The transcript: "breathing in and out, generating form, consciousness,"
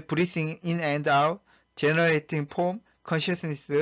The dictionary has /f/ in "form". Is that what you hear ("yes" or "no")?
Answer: no